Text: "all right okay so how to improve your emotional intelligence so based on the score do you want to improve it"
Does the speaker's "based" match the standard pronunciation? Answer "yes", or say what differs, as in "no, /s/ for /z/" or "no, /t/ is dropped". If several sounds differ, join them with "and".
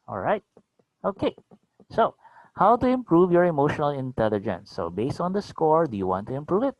yes